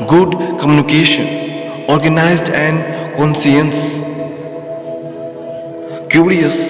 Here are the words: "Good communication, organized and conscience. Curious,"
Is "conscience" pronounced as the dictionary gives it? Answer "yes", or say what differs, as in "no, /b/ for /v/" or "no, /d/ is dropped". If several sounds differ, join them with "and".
no, /s/ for /ʃ/